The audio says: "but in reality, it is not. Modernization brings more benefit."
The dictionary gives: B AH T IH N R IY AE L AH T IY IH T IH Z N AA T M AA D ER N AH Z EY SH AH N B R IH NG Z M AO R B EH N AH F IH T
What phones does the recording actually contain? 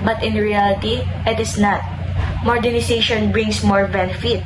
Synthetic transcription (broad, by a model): B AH T IH N R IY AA L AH T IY IH T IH S N AA T M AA D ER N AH S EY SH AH N B R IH NG S M AO R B EH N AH F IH T